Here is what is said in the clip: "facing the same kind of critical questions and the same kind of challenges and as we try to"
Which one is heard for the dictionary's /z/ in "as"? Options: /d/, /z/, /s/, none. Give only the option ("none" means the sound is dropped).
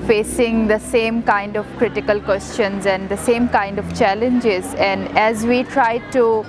/z/